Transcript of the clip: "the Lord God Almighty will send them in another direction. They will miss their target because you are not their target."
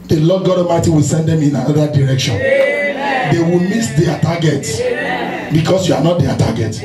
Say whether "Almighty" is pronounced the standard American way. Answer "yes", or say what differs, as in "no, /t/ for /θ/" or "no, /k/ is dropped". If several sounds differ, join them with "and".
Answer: no, /l/ is dropped